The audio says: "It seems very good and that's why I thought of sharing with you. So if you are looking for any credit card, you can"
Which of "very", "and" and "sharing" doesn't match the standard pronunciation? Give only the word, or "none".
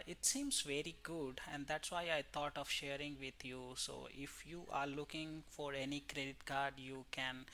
none